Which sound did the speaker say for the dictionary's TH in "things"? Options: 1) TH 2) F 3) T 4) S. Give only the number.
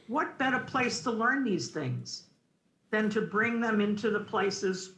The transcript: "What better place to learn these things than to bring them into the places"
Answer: 1